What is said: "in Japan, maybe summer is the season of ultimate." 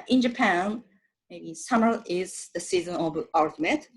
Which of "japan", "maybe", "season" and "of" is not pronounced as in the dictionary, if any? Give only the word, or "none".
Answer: of